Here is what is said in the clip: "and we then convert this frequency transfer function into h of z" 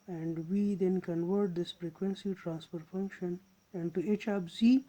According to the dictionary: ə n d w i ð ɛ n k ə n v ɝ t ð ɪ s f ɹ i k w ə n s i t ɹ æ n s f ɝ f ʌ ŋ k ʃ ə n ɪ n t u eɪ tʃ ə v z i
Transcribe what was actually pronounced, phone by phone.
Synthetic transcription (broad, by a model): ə n d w i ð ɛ n k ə n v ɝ t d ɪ s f ɹ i k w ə n s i t ɹ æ n s p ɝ f ʌ ŋ k ʃ ə n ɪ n t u eɪ tʃ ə b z i